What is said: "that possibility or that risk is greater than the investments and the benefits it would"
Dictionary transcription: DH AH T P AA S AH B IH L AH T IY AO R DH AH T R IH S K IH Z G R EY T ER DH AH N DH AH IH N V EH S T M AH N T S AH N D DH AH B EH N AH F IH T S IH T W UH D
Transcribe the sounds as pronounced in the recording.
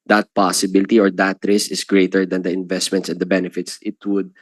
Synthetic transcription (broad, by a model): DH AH T P AA S AH B IH L AH T IY AO R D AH T R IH S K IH S G R EY T ER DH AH N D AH IH N V EH S T M AH N T S AH N D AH B EH N AH F IH T S IH T W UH D